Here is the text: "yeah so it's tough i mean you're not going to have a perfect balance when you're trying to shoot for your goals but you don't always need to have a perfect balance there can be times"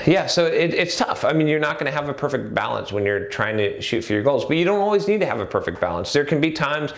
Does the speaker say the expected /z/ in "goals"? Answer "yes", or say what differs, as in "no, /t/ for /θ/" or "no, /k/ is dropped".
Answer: yes